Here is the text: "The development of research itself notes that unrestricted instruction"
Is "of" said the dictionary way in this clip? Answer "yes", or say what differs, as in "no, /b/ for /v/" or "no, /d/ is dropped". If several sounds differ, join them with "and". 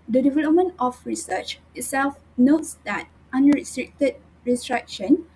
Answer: no, /f/ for /v/